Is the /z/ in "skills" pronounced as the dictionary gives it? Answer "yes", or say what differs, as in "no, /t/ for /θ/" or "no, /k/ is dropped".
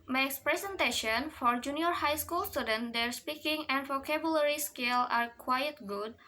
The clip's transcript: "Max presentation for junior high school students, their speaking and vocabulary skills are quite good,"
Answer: no, /z/ is dropped